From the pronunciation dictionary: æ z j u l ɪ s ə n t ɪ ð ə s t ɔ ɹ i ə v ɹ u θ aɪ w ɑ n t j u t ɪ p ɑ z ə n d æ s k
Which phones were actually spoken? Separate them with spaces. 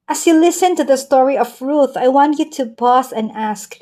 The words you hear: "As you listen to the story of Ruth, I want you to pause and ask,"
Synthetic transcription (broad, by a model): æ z j u l ɪ s ə n t ɪ ð ə s t ɔ ɹ i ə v ɹ u θ aɪ w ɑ n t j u t ɪ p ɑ s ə n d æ s k